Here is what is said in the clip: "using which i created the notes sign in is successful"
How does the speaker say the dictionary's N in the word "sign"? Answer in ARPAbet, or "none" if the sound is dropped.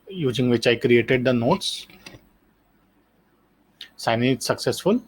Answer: none